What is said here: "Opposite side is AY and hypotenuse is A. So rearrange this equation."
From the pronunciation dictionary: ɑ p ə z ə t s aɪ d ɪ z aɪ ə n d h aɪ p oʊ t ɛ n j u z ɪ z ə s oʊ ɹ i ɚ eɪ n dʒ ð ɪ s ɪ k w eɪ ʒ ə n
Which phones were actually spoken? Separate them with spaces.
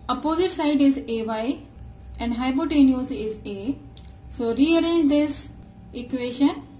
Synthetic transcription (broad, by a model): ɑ p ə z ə t s aɪ d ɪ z aɪ ə n d h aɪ b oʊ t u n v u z ɪ z ə s oʊ ɹ i ɚ eɪ n dʒ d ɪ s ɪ k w eɪ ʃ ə n